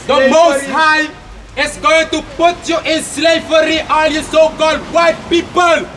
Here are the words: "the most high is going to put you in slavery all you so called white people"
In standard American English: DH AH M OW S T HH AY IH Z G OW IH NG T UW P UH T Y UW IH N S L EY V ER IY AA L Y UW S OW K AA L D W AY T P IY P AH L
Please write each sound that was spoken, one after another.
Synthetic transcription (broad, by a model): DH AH M OW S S HH AY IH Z G OW IH NG T UW P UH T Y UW IH N S L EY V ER IY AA N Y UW S OW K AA L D W AY T P IY P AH L